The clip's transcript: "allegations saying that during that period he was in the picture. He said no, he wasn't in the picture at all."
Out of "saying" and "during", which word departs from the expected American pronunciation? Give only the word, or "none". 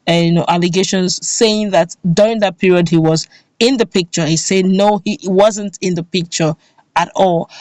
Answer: none